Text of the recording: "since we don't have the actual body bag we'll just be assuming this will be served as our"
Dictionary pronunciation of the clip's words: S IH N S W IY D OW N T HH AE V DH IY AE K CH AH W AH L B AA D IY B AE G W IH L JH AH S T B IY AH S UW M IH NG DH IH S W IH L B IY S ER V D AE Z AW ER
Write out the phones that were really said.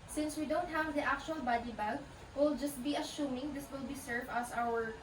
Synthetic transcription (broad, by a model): S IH N S W IY D OW N T HH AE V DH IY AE K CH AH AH L B AA D IY B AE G W IH L JH AH S T B IY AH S UW M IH NG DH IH S W IH L B IY S ER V AE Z AW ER